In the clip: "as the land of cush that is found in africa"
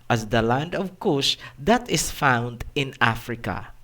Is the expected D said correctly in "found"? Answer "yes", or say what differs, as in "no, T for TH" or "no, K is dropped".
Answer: yes